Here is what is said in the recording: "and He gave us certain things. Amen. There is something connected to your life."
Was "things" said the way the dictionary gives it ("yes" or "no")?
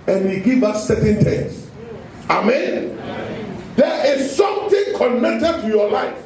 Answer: no